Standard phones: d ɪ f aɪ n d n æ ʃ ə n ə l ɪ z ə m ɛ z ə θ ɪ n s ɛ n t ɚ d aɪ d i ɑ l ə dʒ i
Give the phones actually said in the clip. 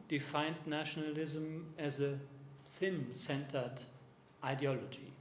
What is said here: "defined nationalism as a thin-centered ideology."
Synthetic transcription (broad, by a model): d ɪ f aɪ n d n æ ʃ ə n ə l ɪ z ə m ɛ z ə θ ɪ n s ɛ n t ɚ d aɪ d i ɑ l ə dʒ i